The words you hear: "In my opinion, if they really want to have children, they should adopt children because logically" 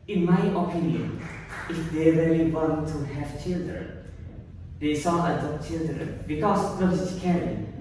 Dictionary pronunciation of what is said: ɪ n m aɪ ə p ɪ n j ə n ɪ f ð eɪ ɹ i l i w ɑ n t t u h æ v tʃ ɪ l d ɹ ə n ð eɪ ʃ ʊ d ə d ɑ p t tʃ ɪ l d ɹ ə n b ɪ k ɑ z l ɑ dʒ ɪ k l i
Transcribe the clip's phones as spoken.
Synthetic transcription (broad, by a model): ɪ n m aɪ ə p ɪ n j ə n ɪ f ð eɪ ɹ i l i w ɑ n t t u h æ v tʃ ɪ l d ɹ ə n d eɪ s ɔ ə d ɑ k tʃ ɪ l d ɹ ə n b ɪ k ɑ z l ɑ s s k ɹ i